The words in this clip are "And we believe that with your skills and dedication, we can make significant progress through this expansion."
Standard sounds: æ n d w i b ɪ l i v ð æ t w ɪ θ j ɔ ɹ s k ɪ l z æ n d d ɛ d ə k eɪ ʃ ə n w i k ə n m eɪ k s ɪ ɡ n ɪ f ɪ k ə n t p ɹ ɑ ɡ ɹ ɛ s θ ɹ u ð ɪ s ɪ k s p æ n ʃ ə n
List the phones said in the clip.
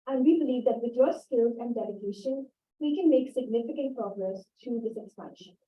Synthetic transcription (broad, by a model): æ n d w i b ɪ l i v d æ t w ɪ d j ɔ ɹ s k ɪ l z æ n d d ɛ d ə k eɪ ʃ ə n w i k ə n m eɪ k s ɪ ɡ n ɪ f ɪ k ə n t p ɹ ɑ ɡ ɹ ɛ s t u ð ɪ s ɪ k s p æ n ʃ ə n